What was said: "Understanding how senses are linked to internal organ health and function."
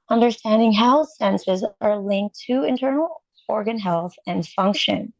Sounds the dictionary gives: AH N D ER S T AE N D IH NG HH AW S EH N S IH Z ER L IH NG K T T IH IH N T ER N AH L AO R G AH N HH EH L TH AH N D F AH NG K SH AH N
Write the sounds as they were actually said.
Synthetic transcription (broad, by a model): AH N D ER S T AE N D IH NG HH AW S EH N S IH Z ER L IH NG K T T IH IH N T ER N L AO R G AH N HH EH L TH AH N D F AH NG K SH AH N